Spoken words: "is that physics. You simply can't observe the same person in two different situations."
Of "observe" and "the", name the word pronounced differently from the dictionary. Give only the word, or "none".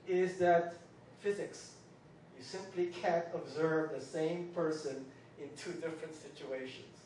none